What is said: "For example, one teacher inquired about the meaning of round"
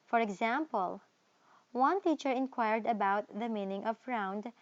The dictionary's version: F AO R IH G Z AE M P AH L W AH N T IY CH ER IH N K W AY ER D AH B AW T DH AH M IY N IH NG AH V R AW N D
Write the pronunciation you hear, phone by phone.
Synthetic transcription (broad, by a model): F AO R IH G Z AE M P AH L W AH N T IY CH ER IH N K W AY ER D AH B AW T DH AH M IY N IH NG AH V R AW N D